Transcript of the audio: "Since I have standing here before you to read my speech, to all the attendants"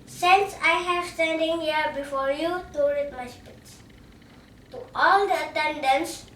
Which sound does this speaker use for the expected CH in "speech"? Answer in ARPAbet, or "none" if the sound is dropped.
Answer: S